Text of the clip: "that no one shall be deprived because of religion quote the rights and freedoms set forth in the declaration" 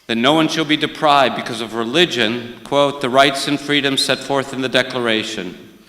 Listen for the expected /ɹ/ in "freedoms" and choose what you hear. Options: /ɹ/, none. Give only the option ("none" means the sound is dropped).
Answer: /ɹ/